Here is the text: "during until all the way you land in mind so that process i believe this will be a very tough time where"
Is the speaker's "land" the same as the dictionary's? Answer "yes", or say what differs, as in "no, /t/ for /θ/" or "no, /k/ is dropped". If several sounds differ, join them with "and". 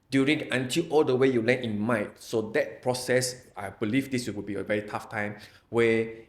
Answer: no, /d/ is dropped